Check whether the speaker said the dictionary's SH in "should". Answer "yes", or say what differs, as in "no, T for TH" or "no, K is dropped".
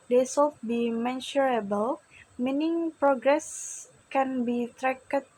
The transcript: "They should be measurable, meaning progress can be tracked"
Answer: no, S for SH